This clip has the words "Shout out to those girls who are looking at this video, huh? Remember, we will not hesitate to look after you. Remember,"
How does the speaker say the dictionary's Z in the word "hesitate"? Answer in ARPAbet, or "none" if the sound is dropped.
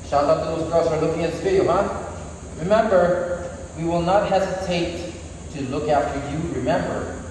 Z